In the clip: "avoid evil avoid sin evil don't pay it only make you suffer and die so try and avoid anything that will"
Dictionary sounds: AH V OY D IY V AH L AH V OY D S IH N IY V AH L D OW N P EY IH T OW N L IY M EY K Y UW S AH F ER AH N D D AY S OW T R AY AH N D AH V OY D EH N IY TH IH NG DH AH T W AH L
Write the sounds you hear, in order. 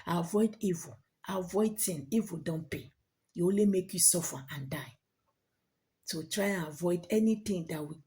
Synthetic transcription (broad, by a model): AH V OY D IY V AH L AH V OY D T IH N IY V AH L D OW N P EY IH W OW L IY M EY K Y UW S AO F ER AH N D D AY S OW T R AY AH N AH V OY D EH N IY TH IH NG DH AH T W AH